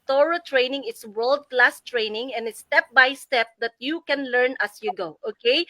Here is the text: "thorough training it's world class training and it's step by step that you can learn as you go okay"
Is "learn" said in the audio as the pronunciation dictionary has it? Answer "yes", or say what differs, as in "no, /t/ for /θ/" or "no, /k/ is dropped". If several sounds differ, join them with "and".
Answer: yes